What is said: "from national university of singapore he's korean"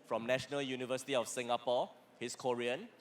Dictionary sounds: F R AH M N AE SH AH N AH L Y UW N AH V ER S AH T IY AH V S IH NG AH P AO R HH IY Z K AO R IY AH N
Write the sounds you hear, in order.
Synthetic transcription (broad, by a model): F R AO M N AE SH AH N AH L Y UW N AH V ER S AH T IY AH F S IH NG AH P AO HH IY S K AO R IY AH N